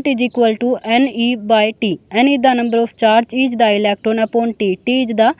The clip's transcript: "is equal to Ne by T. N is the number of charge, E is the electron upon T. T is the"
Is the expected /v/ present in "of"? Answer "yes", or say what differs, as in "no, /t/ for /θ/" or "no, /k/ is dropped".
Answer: no, /p/ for /v/